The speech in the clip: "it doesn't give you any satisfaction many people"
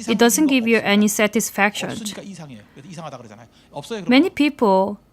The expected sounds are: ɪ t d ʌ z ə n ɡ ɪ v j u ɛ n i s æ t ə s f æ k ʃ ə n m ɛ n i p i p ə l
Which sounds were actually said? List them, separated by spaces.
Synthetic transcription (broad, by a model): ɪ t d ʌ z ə n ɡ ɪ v j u ɛ n i s æ t ə s f æ k ʃ ə n m ɛ n i p i p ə l